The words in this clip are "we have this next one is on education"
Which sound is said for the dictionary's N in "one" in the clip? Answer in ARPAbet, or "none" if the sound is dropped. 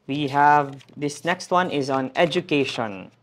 N